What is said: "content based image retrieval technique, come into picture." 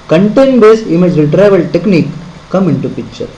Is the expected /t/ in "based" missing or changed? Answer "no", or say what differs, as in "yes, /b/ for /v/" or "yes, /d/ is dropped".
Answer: yes, /t/ is dropped